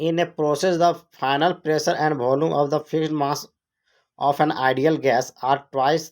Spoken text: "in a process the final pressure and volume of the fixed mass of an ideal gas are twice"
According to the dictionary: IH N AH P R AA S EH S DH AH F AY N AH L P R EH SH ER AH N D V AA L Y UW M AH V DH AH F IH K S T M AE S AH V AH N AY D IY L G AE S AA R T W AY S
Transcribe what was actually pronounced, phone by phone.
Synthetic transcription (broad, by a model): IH N AH P R AA S EH S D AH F AY N AH L P R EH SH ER AH N D B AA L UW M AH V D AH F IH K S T M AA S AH P AH N AY D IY L G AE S AA R T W AY S